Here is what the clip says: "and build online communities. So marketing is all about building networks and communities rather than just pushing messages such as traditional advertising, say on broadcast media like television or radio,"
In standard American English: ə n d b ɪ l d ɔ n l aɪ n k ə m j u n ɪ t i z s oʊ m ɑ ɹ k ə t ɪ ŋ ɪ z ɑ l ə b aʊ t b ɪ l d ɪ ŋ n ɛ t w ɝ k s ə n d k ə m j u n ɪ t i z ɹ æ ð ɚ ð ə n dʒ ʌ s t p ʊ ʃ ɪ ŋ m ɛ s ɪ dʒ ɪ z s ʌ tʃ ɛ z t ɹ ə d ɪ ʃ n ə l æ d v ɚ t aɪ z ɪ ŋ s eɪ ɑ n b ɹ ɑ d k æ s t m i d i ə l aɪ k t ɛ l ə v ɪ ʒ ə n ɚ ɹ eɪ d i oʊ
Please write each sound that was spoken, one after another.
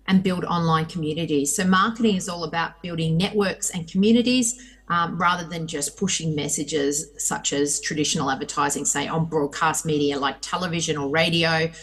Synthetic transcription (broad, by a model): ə n b ɪ l d ɔ n l aɪ n k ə m j u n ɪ t i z s oʊ m ɑ ɹ k ə t ɪ ŋ ɪ z ɑ l ə b aʊ t b ɪ l d ɪ ŋ n ɛ t w ɝ k s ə n k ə m j u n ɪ t i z ɹ æ ð ɚ ð ə n dʒ ʌ s p ʊ ʃ ɪ ŋ m ɛ s ɪ dʒ ɪ z s ʌ tʃ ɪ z t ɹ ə d ɪ ʃ n l æ d v ɚ t aɪ z ɪ ŋ s eɪ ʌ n b ɹ ɑ d k æ s t m i d i ə l aɪ k t ɛ l ə v ɪ ʒ ə n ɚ ɹ eɪ d i oʊ